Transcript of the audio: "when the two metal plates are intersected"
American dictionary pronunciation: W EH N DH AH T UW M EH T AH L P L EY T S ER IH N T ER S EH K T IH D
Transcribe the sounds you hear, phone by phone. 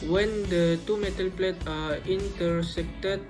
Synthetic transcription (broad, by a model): W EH N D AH T UW M EH T AH L P L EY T AA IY N T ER S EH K T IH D